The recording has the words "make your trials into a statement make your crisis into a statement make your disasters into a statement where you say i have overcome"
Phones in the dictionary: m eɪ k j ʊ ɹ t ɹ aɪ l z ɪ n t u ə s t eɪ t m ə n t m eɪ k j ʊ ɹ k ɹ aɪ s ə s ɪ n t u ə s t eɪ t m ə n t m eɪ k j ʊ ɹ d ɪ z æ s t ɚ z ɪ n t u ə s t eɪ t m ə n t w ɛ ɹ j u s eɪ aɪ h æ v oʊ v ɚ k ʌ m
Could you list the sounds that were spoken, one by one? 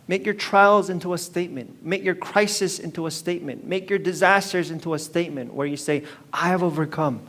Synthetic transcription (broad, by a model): m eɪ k j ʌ ɹ t ɹ aɪ l z ɪ n t u ə s t eɪ t m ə n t m eɪ k j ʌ ɹ k ɹ aɪ s ə s ɪ n t u ə s t eɪ t m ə n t m eɪ k j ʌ ɹ d ɪ z æ s t ɚ z ɪ n t u ə s t eɪ t m ə n t w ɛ ɹ j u s eɪ aɪ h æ v oʊ v ɚ k ʌ m